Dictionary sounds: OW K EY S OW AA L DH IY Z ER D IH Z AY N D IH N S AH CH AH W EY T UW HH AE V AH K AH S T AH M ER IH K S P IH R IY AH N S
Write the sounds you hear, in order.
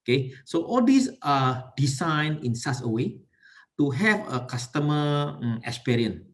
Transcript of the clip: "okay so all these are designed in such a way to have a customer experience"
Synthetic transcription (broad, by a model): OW K EY S OW AA L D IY S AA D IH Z AY N IH N S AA S AH W EY T UW HH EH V AH K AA S T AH M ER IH K S P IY R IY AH N